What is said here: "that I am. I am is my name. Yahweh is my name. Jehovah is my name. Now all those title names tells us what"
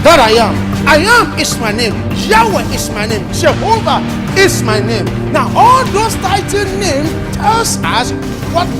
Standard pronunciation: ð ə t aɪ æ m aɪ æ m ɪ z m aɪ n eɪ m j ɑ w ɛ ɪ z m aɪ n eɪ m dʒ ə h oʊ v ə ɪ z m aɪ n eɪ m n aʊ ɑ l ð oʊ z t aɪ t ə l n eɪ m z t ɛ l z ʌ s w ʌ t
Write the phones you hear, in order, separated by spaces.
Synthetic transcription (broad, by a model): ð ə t aɪ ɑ m aɪ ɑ m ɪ s m aɪ n eɪ m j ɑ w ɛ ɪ s m aɪ n eɪ m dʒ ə h oʊ v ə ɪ s m aɪ n eɪ m n aʊ ɑ l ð oʊ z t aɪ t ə n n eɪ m t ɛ l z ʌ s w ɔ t